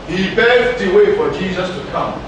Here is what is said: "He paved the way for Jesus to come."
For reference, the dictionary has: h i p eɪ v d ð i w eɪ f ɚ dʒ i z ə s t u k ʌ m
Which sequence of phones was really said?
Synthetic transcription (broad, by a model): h i b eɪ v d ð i w eɪ f ɚ dʒ i z ə s t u k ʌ m